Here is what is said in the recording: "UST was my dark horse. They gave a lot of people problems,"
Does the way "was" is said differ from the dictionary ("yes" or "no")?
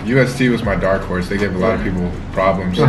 no